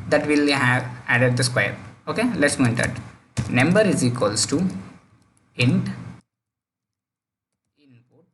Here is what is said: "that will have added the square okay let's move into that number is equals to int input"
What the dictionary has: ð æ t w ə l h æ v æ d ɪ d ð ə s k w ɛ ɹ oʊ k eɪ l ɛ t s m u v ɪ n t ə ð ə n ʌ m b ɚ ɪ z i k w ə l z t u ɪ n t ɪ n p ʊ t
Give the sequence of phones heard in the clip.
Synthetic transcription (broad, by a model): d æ t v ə l h æ v æ d ɪ d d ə s k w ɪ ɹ oʊ k eɪ l ɛ t s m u ɪ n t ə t n ʌ m b ɚ ɪ z i k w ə l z t u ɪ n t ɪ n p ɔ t